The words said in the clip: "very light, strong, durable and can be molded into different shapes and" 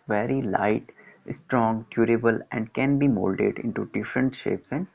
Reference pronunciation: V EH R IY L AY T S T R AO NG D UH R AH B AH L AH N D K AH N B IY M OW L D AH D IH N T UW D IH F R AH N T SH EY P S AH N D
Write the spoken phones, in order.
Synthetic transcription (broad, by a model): V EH R IY L AY T S T R AO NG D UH R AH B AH L AH N D K AH N B IY M OW L D AH D IH N T UW D IH F R AH N T SH EY P S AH N D